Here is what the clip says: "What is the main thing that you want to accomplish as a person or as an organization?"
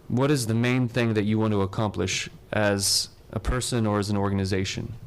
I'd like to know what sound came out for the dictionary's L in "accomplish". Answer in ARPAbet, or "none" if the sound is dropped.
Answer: L